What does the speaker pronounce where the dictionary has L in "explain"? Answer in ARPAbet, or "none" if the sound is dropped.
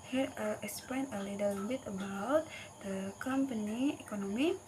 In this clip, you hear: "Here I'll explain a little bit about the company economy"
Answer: none